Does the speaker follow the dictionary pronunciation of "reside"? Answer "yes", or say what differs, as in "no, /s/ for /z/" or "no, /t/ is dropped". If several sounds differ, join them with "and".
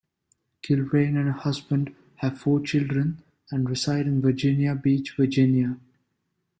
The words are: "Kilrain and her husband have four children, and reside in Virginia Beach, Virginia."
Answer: no, /s/ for /z/